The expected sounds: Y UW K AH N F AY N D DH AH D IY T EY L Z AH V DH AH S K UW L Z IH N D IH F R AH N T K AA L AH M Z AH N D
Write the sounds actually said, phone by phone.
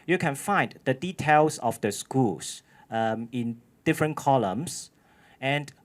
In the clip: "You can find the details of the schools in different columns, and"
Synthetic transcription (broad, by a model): Y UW K AH N F AY N D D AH D IY T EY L S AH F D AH S K UW L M IH N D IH F R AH N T K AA L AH M S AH N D